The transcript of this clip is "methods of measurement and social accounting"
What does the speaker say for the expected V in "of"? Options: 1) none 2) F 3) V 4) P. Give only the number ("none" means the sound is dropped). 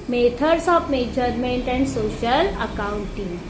4